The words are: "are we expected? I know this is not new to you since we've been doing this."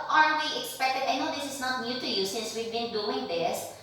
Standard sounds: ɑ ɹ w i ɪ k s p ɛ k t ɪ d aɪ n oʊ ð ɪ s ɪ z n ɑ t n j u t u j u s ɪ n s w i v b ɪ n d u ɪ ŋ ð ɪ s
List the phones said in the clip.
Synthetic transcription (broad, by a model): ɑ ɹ w i ɪ k s p ɛ k t ɪ d aɪ n oʊ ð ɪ s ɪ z n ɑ t n j u t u j u s ɪ n s w i v b ɪ n d u ɪ ŋ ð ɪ s